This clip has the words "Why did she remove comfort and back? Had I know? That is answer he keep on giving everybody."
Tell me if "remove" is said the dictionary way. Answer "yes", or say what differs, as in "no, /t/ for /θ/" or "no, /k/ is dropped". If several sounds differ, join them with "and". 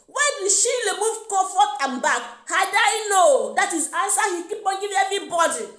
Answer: no, /l/ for /ɹ/